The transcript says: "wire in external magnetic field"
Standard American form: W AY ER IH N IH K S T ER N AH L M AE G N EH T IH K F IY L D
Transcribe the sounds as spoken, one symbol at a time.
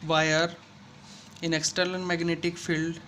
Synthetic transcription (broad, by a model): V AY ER IH N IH K S T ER L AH N M AE G N EH T IH K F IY L D